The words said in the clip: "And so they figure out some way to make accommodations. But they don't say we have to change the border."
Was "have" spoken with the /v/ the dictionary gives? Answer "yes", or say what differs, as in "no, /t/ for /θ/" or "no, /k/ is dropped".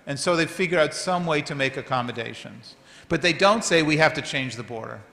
no, /f/ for /v/